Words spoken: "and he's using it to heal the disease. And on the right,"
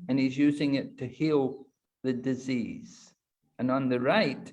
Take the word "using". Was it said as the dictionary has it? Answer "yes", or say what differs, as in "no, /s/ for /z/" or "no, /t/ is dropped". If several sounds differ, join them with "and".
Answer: yes